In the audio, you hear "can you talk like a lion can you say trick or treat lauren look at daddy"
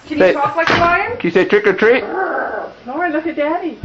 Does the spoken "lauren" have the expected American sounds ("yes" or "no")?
no